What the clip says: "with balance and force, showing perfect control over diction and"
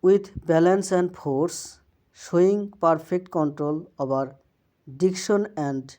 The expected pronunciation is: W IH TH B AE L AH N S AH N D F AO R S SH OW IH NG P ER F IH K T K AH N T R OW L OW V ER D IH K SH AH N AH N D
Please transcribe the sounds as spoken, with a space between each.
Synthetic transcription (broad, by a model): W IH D B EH L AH N S AH N D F AO R S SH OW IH NG P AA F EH K T K AH N T R OW L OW B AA D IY K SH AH N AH N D